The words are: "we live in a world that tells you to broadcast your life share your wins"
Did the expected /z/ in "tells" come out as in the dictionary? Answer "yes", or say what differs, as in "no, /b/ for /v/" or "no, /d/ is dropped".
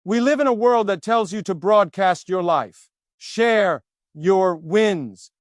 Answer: yes